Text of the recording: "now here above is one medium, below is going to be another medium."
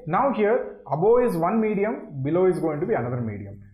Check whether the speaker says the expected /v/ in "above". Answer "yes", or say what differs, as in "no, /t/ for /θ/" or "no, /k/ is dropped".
no, /v/ is dropped